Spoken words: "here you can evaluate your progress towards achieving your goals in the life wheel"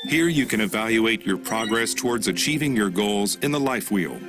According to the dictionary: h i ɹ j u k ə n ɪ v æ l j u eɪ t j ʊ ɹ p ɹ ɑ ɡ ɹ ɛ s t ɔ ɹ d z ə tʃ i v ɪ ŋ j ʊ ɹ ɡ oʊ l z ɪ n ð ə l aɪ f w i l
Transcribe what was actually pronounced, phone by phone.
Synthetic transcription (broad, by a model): h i ɹ j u k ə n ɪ v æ l j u eɪ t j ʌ ɹ p ɹ ɑ ɡ ɹ ɛ s t ɔ ɹ d z ə tʃ i v ɪ ŋ j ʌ ɹ ɡ oʊ l z ɪ n ð ə l aɪ f w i l